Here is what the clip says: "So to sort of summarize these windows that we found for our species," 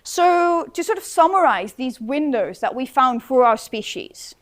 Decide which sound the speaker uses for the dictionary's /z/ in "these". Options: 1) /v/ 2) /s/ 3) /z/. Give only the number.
3